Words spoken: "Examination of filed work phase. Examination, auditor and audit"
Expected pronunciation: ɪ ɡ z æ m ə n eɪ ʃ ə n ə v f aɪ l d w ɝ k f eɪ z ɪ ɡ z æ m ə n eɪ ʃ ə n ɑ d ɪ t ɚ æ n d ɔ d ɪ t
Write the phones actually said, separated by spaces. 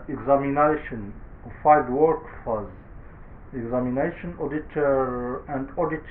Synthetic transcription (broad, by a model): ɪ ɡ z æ m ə n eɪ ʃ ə n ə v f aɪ d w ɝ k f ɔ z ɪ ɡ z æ m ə n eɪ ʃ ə n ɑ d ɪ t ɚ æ n d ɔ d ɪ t